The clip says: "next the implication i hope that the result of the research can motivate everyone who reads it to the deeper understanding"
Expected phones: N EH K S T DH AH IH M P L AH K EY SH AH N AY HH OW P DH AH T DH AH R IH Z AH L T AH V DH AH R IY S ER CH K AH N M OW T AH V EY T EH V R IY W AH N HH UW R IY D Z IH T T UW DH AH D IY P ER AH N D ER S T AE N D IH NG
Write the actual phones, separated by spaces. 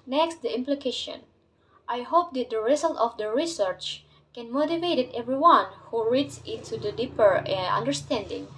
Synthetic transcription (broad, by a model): N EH K S T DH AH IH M P L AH K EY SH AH N AY HH OW P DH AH T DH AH R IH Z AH L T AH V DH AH R IY S ER CH K AH N M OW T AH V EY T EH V R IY W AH N HH UW R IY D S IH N T UW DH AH D IY P ER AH N D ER S T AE N D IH NG